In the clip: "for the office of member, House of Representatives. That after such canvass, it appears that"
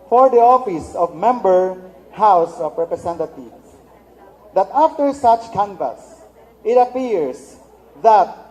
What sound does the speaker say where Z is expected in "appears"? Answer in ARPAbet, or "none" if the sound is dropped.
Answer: S